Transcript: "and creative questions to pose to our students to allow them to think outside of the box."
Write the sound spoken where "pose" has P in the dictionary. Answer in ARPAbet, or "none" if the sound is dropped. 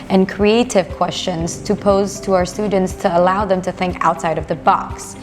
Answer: P